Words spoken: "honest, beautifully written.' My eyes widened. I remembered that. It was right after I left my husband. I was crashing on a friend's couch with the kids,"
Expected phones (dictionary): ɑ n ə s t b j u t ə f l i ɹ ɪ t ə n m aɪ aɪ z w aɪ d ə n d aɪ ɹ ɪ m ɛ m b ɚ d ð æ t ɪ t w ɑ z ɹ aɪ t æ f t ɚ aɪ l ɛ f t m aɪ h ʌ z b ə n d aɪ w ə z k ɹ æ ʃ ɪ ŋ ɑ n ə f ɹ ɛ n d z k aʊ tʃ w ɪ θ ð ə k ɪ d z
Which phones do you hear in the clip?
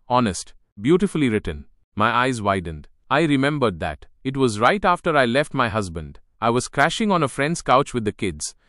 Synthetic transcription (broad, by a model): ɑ n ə s t b j u t ə f l i ɹ ɪ t ə n m aɪ aɪ z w aɪ d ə n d aɪ ɹ ɪ m ɛ m b ɚ d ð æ t ɪ t w ɑ z ɹ aɪ t æ f t ɚ aɪ l ɛ f t m aɪ h ʌ z b ə n d aɪ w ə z k ɹ æ ʃ ɪ ŋ ɑ n ə f ɹ ɛ n d z k aʊ tʃ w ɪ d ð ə k ɪ d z